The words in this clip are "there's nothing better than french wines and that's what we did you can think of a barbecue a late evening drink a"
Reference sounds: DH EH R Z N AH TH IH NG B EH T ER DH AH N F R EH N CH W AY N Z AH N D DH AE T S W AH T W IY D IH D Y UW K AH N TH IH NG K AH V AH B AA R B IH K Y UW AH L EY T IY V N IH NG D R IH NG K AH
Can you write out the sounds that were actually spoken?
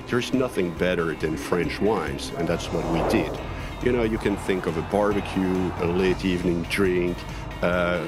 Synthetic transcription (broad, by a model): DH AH R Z N AH TH IH NG B EH T ER DH AH N F R EH N CH W AY N Z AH N DH AE T S W AH T W IY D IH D Y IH K AH N TH IH NG K AH V AH B AA R B IH K Y UW AH L EY T IY V N IH NG D R IH NG K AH